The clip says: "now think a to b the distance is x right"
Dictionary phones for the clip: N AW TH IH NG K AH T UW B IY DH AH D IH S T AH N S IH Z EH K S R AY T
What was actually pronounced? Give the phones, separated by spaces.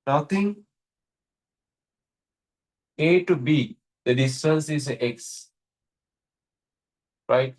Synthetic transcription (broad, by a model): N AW T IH NG AH T UW B IY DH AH D IH S T AH N S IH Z EH K S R AY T